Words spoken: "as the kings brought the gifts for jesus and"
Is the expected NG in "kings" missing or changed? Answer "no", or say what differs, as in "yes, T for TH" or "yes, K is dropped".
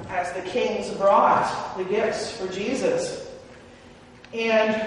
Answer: no